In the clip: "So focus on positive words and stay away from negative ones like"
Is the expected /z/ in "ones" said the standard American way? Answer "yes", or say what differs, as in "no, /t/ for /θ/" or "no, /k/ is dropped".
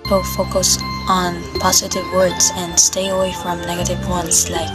no, /s/ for /z/